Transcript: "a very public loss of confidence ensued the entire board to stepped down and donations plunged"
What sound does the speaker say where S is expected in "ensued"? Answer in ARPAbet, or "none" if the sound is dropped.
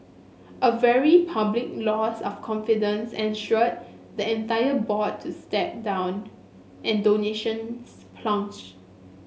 SH